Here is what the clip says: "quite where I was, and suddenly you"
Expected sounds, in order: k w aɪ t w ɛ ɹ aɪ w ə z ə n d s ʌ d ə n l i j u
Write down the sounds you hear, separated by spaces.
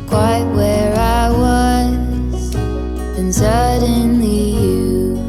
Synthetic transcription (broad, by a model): k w aɪ t w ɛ ɹ aɪ w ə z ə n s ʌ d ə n i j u